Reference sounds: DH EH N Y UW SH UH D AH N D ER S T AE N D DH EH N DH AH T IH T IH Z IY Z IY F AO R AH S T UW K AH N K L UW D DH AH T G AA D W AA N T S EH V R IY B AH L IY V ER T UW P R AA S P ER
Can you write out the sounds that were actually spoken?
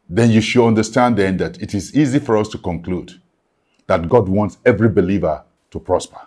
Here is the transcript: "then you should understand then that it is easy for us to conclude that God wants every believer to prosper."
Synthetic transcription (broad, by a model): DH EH N Y UW SH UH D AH N D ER S T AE N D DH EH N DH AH T IH T IH Z IY Z IY F AO R AH S T UW K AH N K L UW D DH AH T G AA D W AA N T S EH V R IY B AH L IY V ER T UW P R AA S P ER